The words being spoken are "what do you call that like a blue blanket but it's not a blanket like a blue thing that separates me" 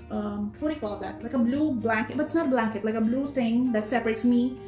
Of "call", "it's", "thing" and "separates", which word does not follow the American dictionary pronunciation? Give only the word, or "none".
thing